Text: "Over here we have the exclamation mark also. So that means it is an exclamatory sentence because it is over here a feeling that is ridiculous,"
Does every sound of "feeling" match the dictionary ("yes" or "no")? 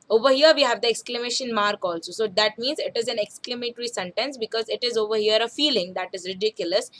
yes